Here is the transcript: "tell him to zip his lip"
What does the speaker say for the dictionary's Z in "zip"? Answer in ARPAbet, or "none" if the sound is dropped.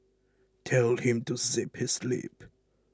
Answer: S